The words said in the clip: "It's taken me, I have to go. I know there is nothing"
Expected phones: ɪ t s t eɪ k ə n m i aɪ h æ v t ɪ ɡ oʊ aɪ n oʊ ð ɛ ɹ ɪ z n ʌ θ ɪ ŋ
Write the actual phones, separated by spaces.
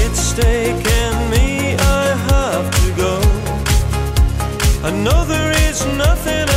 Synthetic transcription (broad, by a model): ɪ t s t eɪ k ə n m i aɪ h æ f t ɪ ɡ oʊ aɪ n oʊ ð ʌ ɹ ɪ z n ʌ θ ɪ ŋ